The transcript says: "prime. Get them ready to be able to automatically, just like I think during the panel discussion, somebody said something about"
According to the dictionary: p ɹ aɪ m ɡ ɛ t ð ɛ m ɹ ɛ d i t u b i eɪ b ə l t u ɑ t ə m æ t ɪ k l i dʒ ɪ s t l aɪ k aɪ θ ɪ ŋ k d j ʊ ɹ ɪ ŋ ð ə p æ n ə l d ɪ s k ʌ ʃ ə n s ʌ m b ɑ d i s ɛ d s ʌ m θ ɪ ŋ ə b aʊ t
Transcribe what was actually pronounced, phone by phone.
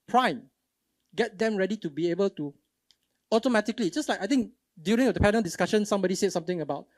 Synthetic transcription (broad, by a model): p ɹ aɪ m ɡ ɛ t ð ɛ m ɹ ɛ d i t u b i eɪ b ə l t u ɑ t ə m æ t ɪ k l i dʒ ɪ s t l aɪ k aɪ t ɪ ŋ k d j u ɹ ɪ ŋ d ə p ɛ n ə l d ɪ s k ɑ ʃ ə n s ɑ m b ɑ d i s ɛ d s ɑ m t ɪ ŋ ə b aʊ t